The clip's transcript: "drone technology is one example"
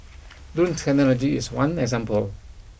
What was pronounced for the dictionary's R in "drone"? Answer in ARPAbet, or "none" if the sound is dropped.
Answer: none